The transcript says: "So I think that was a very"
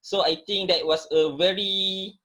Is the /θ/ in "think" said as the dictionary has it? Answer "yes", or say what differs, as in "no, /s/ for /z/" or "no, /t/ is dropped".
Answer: no, /t/ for /θ/